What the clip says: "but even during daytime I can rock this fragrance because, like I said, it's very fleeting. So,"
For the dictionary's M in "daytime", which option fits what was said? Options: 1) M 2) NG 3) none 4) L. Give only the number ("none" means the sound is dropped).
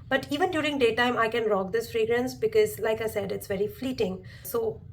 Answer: 1